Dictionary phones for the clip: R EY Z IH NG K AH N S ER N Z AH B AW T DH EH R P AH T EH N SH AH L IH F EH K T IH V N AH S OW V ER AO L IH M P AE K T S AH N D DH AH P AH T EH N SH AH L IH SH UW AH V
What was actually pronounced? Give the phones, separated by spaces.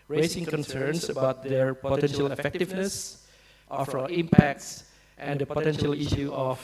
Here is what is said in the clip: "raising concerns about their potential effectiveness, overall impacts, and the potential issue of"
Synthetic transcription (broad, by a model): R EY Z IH NG K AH N S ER N S AH B AW T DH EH R P AH T EH N SH AH L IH F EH K T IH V N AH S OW F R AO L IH M P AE K T S AH N D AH P AH T EH N SH AH L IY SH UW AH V